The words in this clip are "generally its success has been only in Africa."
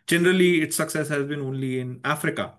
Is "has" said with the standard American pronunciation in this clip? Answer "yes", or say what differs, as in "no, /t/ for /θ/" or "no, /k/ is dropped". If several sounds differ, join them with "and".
yes